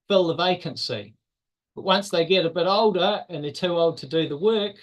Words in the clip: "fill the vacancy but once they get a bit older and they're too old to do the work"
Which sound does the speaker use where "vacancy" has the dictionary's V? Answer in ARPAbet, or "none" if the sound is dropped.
V